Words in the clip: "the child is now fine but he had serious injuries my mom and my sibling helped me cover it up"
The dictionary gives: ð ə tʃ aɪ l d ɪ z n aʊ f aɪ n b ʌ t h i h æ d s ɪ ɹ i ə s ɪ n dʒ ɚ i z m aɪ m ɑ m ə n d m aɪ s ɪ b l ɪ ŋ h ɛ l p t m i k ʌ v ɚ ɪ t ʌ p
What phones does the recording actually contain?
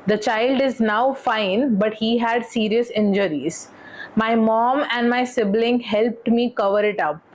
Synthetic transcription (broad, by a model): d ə tʃ aɪ l d ɪ z n aʊ f aɪ n b ʌ t h i h æ d s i ɹ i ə s ɪ n dʒ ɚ i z m aɪ m ɑ m ə n d m aɪ s ɪ b l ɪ ŋ h ɛ l p t m i k ʌ v ɚ ɪ t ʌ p